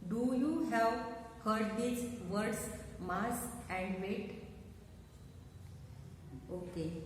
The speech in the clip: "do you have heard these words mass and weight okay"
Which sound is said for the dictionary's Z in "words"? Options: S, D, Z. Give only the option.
S